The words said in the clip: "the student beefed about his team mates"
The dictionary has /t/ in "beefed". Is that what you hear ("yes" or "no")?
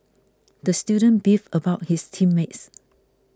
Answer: no